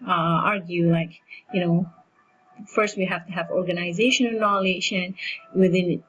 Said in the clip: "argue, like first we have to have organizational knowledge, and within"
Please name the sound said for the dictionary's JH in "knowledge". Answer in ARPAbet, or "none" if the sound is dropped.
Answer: SH